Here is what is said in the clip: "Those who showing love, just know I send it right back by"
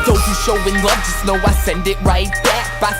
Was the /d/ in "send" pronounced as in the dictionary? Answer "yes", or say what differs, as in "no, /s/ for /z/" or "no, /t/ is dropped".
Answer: yes